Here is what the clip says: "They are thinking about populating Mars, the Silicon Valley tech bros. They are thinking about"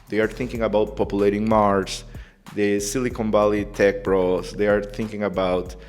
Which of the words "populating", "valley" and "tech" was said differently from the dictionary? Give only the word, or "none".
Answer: valley